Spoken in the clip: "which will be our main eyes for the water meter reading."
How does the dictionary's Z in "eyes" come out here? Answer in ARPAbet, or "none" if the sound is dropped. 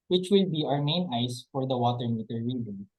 S